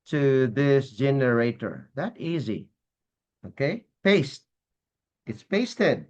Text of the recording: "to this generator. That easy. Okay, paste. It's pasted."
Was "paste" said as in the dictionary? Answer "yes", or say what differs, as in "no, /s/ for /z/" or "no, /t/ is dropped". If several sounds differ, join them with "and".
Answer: yes